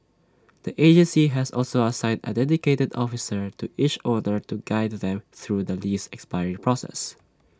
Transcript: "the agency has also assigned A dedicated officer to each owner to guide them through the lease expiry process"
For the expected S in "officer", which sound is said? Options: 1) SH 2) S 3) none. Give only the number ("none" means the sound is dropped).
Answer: 2